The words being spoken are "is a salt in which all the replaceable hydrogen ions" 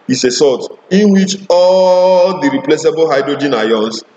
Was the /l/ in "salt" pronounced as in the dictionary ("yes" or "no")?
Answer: no